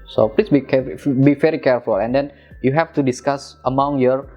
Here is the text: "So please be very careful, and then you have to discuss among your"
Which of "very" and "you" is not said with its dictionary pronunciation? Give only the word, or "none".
very